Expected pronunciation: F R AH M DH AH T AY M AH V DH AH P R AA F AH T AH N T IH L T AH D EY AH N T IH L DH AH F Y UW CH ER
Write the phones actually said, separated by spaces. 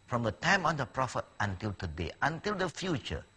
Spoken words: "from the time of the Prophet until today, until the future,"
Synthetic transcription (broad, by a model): F R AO M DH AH T AY M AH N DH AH P R AA F AH T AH N T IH L T AH D EY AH N T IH L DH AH F Y UW CH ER